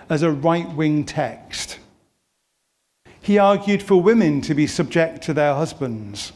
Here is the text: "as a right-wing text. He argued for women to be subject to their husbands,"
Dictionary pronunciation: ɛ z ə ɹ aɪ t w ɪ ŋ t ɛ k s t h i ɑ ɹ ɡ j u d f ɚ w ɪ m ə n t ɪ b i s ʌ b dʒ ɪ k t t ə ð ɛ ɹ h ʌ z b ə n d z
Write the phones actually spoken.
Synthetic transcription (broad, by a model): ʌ z ə ɹ aɪ t w ɪ ŋ t ɛ k s t h i ɑ ɹ ɡ j u d f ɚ w ɪ m ə n t ɪ b i s ʌ b dʒ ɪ k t t ə ð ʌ ɹ h ʌ z b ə n d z